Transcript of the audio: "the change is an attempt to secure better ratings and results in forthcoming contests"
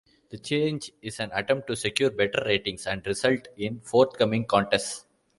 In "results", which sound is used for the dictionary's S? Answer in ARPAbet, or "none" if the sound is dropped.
none